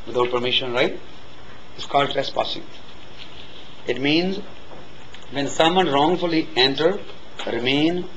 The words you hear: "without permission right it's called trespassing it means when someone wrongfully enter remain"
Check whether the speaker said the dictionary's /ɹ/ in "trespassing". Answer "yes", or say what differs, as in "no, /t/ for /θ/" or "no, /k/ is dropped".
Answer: no, /ɹ/ is dropped